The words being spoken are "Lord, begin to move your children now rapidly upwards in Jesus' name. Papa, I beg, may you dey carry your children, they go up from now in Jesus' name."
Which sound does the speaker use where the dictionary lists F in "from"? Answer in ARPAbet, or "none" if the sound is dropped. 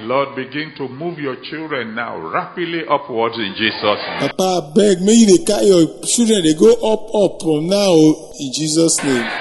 P